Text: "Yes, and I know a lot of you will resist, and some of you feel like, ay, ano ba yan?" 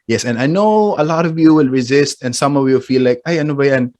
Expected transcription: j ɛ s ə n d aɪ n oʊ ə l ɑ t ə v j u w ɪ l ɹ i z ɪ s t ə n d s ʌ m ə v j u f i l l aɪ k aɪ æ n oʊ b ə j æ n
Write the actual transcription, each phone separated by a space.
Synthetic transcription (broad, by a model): j ɛ s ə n aɪ n oʊ ə l ɑ t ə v j u w ɪ l ɹ i z ɪ s t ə n s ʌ m ə v j u f i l l aɪ k aɪ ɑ n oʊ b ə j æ n